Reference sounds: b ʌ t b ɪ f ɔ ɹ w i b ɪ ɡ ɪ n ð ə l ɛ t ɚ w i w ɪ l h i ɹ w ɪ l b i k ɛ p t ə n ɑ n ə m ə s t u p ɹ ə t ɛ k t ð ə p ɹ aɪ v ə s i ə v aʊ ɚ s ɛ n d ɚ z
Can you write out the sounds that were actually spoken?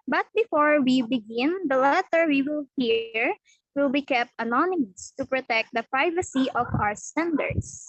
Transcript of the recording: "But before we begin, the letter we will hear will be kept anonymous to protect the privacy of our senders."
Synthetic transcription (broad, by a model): b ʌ t b ɪ f ɔ ɹ w i b ɪ ɡ ɪ n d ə l ɛ t ɚ w i w ɪ l h i ɹ w ɪ l b i k ɛ p t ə n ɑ n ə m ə s t u p ɹ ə t ɛ k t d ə p ɹ aɪ v ə s i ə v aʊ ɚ s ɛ n d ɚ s